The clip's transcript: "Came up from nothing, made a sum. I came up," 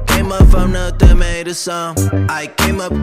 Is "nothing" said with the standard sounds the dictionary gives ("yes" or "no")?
no